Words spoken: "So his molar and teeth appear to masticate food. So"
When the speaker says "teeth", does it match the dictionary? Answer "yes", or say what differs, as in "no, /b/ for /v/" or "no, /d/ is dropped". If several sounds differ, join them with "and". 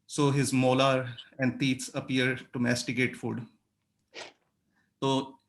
no, /s/ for /θ/